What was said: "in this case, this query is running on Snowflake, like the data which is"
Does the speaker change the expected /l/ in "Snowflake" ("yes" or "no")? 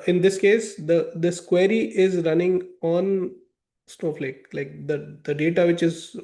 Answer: no